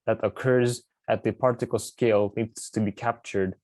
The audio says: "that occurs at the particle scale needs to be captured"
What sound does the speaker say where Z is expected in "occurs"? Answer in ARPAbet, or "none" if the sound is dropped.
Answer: Z